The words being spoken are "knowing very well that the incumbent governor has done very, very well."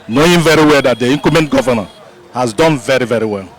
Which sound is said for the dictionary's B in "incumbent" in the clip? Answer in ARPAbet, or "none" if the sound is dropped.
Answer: none